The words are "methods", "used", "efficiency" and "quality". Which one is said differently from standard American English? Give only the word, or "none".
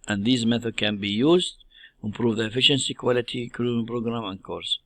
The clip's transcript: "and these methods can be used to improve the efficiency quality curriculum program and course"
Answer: methods